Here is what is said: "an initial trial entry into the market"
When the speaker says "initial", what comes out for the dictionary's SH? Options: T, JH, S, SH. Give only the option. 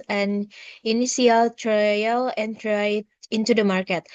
S